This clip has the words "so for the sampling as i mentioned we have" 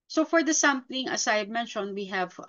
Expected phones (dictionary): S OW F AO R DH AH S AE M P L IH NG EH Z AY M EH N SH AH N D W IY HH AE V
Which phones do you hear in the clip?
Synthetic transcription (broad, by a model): S OW F AO R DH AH S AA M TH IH NG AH S AY M EH N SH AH N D W IY HH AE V